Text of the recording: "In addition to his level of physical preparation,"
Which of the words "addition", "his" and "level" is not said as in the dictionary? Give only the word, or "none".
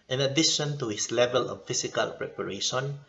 his